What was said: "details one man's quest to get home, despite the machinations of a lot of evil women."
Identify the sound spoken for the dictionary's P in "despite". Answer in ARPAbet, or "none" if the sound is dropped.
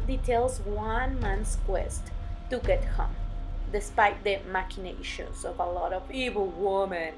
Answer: P